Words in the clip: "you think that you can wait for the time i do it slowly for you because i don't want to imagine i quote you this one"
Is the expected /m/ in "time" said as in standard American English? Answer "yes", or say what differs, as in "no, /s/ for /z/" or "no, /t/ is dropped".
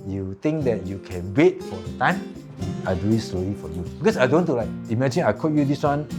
yes